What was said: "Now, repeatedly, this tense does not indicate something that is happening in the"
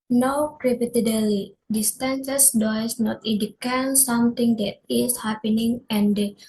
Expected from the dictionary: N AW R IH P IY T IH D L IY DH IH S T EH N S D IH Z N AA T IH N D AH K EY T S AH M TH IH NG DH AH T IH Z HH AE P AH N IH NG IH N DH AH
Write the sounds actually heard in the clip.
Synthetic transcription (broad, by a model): N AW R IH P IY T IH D L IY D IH S T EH N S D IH S N AA T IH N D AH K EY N S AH M T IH NG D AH T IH S HH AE P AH N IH NG IH N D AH